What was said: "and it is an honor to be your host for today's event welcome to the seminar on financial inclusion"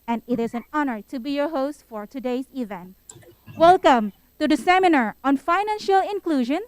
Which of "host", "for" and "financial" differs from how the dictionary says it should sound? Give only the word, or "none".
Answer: none